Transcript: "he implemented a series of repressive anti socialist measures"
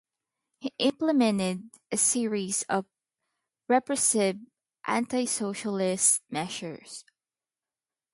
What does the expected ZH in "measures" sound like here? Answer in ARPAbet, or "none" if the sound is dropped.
SH